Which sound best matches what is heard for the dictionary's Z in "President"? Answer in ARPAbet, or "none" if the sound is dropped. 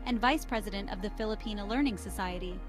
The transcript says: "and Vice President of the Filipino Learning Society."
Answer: Z